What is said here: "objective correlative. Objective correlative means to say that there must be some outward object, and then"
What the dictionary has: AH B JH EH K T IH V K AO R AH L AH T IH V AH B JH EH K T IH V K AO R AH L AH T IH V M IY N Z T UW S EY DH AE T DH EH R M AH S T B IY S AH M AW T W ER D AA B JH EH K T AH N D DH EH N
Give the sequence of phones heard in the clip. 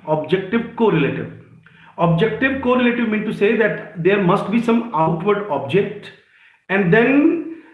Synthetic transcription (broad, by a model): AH B JH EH K T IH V K AO R AH L AH T IH V AH B JH EH K T IH V K AO R AH L AH T IH V M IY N T UW S EY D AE T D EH R M AH S T B IY S AH M AW T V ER D AA B JH EH K T AH N D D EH N